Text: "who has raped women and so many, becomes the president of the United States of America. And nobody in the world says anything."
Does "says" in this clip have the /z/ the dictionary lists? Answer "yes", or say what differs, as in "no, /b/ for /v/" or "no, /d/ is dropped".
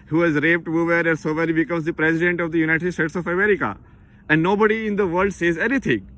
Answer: yes